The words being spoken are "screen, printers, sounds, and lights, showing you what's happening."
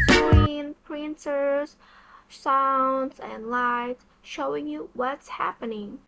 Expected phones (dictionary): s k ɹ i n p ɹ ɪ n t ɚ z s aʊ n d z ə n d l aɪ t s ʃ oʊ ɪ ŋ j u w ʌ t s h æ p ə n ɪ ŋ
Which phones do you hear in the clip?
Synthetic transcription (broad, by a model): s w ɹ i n p ɹ ɪ n t ɚ z s aʊ n d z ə n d l aɪ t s ʃ oʊ ɪ ŋ j u w ʌ t s h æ p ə n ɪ ŋ